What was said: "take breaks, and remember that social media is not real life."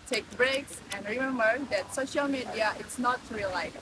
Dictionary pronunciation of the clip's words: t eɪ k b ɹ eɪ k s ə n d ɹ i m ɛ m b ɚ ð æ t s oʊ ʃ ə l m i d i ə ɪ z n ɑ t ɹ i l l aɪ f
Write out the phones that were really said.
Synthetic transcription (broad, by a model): t eɪ k b ɹ eɪ k s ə n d ɹ i m ɛ m b ɚ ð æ t s oʊ ʃ ə l m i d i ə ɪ s n ɑ t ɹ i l l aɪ